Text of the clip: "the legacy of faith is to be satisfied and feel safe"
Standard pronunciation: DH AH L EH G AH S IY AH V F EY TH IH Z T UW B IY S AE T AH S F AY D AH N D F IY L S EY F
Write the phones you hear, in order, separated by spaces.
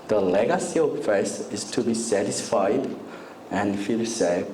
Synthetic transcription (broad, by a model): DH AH L EH G AH S IY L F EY S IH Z T UW B IY S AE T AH S F AY D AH N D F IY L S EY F